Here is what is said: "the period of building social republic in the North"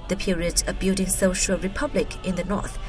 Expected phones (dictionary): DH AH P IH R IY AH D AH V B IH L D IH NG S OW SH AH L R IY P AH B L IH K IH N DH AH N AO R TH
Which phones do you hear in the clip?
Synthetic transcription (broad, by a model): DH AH P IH R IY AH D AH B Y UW D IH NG S OW SH AH L R IY P AH B L IH K IH N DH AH N AO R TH